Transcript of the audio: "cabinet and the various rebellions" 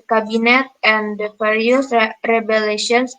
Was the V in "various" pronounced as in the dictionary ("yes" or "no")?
no